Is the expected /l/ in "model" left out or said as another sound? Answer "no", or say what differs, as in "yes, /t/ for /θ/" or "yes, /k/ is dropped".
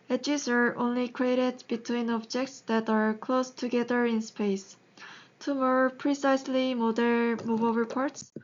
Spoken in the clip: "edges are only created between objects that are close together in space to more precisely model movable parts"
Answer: yes, /n/ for /l/